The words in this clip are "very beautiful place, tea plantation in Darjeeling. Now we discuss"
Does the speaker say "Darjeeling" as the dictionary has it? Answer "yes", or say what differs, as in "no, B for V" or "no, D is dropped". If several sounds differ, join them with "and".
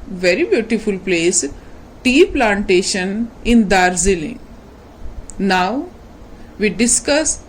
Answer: no, Z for JH